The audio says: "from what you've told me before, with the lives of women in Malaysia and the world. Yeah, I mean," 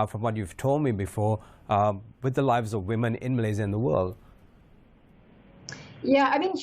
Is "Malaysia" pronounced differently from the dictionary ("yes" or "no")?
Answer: yes